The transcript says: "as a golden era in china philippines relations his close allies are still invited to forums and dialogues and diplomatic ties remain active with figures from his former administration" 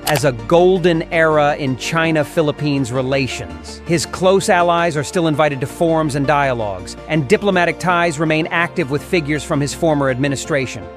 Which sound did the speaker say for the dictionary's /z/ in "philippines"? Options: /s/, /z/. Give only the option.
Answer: /z/